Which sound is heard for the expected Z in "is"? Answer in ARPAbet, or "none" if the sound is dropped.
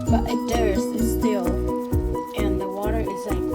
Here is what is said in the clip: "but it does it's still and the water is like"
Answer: Z